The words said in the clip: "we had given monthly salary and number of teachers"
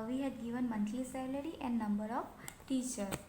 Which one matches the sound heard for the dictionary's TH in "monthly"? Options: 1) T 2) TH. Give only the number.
1